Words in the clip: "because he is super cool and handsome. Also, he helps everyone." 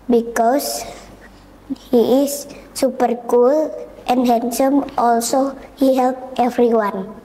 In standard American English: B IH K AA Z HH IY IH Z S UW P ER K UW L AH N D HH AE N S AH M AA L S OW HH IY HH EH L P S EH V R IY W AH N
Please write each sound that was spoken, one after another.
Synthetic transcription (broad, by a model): B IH K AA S HH IY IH S UW P ER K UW L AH N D HH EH N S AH M AA L S OW HH IY HH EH L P EH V R IY W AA N